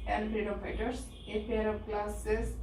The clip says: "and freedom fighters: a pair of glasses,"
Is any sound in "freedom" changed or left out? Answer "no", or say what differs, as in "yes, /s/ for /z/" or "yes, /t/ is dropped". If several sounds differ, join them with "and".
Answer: yes, /p/ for /f/